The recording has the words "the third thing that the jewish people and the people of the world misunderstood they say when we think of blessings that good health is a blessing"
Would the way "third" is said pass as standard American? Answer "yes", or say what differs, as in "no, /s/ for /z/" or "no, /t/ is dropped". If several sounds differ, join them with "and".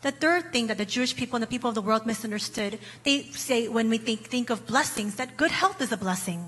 yes